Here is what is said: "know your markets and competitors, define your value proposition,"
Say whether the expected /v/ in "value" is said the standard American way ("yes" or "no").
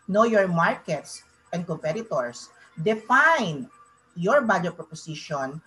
no